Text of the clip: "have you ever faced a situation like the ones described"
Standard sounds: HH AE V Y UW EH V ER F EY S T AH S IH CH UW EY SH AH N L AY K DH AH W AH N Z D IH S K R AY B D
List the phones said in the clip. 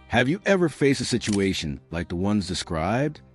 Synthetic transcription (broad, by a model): HH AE V Y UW EH V ER F EY S T AH S IH CH UW EY SH AH N L AY K DH AH W AH N Z D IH S K R AY B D